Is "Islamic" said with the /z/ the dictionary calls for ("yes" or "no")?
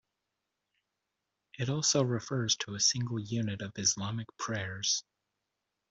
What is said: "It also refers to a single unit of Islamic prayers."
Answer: yes